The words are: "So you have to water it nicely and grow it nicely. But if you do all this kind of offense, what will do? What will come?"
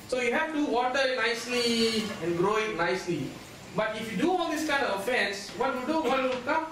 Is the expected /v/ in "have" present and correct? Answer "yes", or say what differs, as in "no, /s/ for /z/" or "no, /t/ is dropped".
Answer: no, /f/ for /v/